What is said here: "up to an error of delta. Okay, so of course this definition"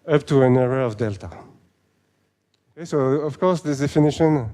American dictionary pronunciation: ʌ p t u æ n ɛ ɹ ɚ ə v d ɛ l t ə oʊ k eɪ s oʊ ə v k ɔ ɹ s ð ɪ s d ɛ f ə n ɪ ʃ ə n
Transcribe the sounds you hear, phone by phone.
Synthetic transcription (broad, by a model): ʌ p t u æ n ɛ ɹ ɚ ə v d ɛ l t ə oʊ k eɪ s oʊ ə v k ɔ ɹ s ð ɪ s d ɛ f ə n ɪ ʃ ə n